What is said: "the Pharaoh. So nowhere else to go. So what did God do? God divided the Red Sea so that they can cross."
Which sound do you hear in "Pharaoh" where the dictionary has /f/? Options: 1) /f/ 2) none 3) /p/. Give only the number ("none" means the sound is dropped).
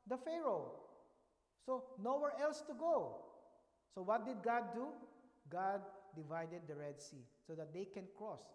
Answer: 1